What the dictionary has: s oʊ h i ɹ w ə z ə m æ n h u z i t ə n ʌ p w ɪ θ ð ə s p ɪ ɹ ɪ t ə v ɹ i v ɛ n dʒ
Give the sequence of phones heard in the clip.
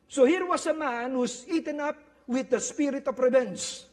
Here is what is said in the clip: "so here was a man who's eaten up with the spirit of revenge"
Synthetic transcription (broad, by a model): s oʊ h i ɹ w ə s ə m æ n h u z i t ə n ʌ p w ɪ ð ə s p ɪ ɹ ɪ t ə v ɹ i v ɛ n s